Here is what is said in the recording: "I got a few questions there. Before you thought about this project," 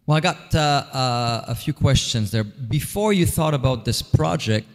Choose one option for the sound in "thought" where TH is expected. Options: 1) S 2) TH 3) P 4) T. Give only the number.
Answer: 2